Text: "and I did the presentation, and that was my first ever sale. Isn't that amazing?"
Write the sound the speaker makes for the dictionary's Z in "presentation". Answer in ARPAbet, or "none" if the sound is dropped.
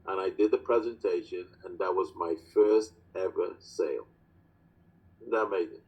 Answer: Z